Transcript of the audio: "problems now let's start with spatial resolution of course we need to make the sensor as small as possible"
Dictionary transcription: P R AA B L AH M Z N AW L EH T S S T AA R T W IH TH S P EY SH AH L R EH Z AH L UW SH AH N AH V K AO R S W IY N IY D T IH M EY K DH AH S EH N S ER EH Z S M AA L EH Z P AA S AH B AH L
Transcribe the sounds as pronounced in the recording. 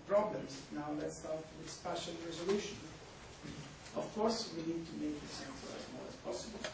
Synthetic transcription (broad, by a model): P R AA B L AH M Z N AW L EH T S S T AA R T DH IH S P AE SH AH N R EH Z AH L UW SH AH N AH V K AO R S W IY N IY D T IH M EY K DH AH S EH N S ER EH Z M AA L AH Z P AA S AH B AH L